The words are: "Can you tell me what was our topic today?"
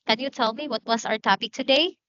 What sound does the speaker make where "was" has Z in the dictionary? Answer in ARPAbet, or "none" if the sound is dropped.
S